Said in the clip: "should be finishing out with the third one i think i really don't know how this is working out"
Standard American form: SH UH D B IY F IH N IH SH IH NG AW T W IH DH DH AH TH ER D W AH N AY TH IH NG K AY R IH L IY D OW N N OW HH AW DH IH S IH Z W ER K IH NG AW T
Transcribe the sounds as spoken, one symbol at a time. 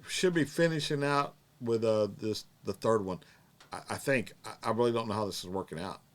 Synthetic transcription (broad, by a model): SH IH D B IY F IH N IH SH IH NG AW T W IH DH DH AH TH ER D W AH N AY TH IH NG K AY R IH L IY D OW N N OW HH AW DH IH S IH Z W ER K IH NG AW T